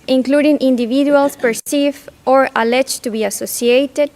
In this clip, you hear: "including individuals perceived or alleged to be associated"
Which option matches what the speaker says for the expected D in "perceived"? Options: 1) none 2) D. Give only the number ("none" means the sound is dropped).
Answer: 1